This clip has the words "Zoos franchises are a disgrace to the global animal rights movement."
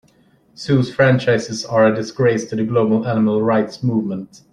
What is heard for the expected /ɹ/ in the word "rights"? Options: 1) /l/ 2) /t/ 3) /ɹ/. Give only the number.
3